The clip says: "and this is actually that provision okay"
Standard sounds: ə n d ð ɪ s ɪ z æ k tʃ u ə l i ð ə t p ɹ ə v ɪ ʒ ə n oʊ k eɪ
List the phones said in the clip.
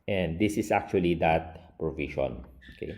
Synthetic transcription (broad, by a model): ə n d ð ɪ s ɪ s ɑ k tʃ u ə l i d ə t p ɹ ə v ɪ ʃ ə n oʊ k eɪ